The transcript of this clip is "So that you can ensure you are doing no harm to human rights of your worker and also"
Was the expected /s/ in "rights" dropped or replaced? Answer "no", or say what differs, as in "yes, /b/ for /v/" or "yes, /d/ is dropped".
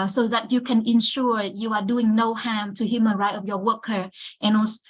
yes, /s/ is dropped